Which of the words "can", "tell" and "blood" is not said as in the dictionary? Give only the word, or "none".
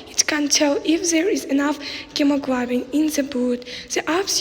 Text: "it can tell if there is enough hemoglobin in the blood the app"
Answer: blood